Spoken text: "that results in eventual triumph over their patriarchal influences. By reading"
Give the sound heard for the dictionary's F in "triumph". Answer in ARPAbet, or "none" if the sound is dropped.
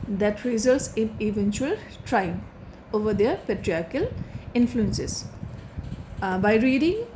none